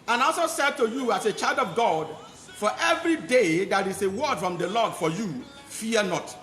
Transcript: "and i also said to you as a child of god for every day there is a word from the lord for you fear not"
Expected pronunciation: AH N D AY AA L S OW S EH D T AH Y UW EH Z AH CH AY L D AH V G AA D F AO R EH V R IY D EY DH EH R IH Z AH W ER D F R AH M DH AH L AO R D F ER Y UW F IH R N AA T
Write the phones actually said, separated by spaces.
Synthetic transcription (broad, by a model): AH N AA L S OW S EH D T AH Y UW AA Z AH CH AY L D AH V G AA D F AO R EH V R IY D EY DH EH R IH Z AH W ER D F R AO M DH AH L AO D F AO Y UW F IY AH N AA T